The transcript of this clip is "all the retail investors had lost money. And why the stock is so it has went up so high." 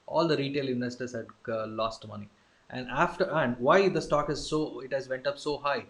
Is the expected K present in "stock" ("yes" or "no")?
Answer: yes